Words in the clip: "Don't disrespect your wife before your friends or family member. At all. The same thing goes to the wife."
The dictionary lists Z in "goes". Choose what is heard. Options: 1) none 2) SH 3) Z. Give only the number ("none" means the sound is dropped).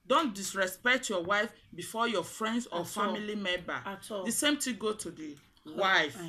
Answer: 1